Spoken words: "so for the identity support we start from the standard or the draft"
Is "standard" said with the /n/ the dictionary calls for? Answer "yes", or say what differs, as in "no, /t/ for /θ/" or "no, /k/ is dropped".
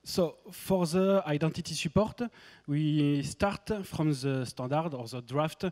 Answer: no, /n/ is dropped